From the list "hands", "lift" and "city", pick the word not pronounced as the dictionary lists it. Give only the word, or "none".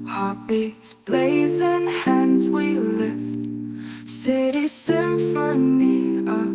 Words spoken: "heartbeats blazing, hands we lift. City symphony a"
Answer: none